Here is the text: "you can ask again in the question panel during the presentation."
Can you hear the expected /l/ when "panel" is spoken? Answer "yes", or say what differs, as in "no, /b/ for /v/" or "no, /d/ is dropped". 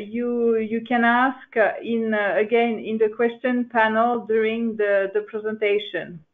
yes